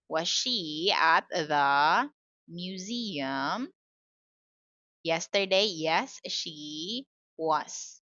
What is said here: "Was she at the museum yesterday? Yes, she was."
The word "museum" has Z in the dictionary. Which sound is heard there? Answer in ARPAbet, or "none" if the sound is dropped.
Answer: Z